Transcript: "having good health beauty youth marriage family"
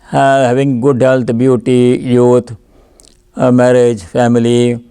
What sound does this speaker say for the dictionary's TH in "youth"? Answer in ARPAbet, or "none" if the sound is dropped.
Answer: T